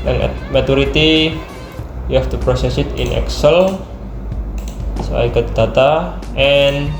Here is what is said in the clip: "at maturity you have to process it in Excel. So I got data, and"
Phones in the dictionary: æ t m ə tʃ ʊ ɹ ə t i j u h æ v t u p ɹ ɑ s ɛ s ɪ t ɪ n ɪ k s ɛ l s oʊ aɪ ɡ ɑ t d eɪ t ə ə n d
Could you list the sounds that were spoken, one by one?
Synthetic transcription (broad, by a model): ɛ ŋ m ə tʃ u ɹ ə t i j u h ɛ f t u p ɹ ɑ s ɛ s ɪ t ɪ n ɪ k s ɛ l s oʊ aɪ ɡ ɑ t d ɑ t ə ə n